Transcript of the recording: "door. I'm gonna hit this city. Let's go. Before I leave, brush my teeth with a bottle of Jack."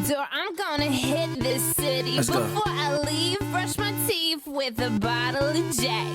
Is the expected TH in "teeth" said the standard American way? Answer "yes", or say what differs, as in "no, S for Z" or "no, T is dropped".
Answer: no, F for TH